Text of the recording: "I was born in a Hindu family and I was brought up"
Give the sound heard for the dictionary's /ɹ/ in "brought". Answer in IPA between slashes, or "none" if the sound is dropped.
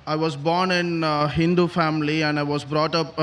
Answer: /ɹ/